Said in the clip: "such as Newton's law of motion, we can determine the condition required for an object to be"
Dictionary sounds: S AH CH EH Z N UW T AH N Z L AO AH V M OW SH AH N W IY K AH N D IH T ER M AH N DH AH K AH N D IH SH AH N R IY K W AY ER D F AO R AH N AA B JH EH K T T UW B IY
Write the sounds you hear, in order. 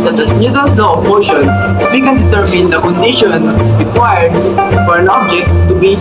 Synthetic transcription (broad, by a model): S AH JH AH S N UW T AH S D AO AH P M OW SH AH N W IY K AH N D IH T ER M AH N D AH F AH N D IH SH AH N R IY K W AY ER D F AO R AH N AA B JH EH K T T UW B IY